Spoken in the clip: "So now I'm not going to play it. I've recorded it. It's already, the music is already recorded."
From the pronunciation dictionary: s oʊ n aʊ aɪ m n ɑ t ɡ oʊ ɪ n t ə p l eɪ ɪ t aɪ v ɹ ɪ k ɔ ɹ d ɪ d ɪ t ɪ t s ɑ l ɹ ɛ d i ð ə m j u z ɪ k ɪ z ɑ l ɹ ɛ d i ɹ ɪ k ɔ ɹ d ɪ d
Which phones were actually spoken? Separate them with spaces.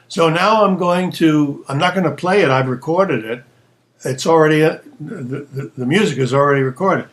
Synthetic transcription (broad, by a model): s oʊ n aʊ aɪ m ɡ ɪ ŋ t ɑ ɪ n t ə p l eɪ ɪ t aɪ v ɹ ɪ k ɔ ɹ d ɪ d ɪ t ɪ t s l ɹ ɛ d i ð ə m j u z ɪ k ɪ z l ɹ ɛ d i ɹ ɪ k ɔ ɹ d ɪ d